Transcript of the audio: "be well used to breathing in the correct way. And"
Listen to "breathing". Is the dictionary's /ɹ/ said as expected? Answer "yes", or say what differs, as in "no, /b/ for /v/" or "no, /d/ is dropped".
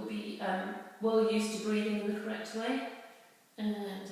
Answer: yes